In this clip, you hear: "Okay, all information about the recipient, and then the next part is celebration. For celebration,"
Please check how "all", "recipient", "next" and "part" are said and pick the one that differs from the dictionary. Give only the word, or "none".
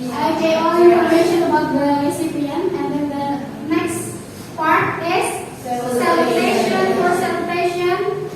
recipient